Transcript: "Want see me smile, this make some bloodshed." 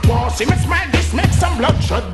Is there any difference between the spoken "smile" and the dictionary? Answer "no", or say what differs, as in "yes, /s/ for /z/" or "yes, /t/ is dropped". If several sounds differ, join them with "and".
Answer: yes, /n/ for /l/